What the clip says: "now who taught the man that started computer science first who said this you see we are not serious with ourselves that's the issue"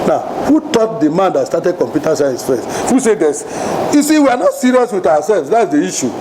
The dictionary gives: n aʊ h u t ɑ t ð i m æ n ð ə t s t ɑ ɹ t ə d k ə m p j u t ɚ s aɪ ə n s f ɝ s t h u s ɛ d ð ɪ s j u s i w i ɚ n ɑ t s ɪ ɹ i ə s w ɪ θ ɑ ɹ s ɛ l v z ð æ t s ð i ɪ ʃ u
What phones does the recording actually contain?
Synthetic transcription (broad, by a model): n aʊ h u t ɑ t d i m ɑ n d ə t s t ɑ t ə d k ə m p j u t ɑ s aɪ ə s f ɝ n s h u s ɛ d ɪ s j u s i w i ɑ n ɑ t s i ɹ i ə s w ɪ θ ɑ w s ɛ l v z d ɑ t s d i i ʃ u